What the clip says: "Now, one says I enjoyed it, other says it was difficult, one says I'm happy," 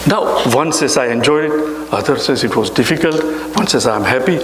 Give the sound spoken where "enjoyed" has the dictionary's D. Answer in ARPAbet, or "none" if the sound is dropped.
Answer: none